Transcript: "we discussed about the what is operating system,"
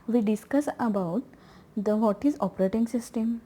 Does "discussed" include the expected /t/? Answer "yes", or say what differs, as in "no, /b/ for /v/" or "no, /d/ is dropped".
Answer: no, /t/ is dropped